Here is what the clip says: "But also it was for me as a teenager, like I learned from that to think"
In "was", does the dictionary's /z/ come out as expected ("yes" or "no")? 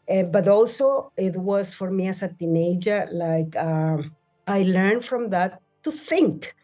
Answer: no